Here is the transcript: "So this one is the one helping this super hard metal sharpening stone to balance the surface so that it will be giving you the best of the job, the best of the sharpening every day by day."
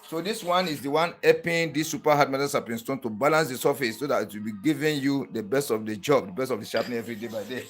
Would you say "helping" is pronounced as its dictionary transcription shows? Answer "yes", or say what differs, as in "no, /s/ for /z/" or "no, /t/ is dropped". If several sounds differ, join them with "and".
no, /l/ is dropped